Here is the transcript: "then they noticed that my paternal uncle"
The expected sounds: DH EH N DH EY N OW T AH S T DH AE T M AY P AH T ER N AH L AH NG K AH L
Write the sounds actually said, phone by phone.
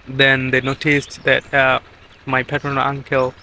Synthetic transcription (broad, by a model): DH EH N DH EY N OW T AH S T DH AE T M AY P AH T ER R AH N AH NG K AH L